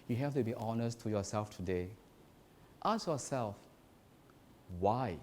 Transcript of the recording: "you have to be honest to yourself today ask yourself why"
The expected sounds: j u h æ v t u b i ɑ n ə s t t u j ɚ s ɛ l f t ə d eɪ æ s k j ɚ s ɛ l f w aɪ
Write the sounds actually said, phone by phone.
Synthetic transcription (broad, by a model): j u h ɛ f t u b i ɑ n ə s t t u j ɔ s ɛ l f t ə d eɪ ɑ s j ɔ s ɛ l f w aɪ